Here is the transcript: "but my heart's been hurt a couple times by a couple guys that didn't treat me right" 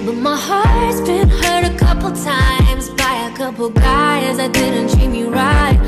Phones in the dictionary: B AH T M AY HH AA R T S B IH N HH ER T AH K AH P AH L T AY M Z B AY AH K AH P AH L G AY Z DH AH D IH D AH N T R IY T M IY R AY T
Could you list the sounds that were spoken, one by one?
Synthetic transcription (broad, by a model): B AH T M AY HH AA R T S B IH N HH ER T AH K AH P L T AY M Z B AY AH K AH P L G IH Z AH IH D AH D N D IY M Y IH R AY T